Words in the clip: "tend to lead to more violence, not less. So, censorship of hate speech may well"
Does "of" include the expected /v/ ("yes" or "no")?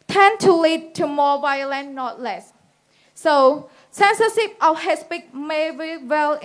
no